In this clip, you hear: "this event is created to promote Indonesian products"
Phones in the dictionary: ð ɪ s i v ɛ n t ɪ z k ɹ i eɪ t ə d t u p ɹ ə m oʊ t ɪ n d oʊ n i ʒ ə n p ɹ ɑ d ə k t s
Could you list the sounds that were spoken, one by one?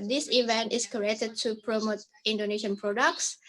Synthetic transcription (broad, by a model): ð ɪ s i v ɛ n t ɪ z k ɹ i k t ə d t u p ɹ ə m oʊ t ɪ n d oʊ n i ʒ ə n p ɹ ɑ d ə k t s